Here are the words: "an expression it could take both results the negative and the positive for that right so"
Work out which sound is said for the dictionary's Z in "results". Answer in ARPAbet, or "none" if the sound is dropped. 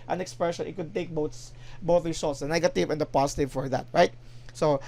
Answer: S